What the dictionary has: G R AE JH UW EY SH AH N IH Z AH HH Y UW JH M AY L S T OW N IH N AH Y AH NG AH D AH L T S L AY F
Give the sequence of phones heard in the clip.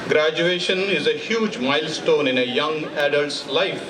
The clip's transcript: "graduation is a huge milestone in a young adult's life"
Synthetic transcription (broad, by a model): G R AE JH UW EY SH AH N IH Z AH HH Y UW JH M AY L S T OW N IH N AH Y AH NG AH D AH L T S L AY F